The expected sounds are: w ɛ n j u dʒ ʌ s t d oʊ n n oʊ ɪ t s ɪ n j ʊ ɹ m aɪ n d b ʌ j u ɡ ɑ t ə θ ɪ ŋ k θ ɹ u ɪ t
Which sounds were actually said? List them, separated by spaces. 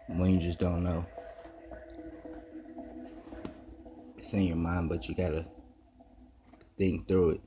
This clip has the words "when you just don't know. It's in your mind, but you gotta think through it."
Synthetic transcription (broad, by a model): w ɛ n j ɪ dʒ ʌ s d oʊ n n oʊ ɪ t s ɪ n j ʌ ɹ m aɪ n b ʌ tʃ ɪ ɡ ɑ t ə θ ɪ ŋ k θ ɹ u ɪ t